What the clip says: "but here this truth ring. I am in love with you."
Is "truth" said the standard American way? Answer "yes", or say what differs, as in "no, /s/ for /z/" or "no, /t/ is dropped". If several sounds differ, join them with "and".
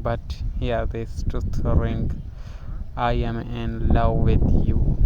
no, /ɹ/ is dropped and /t/ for /θ/